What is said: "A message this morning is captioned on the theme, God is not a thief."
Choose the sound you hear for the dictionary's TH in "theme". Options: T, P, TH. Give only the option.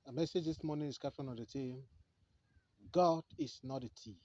T